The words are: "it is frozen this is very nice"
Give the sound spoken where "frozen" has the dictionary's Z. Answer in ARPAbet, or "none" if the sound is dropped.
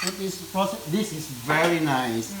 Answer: S